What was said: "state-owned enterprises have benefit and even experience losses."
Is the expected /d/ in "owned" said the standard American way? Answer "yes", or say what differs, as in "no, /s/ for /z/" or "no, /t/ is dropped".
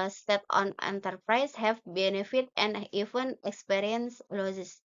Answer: no, /d/ is dropped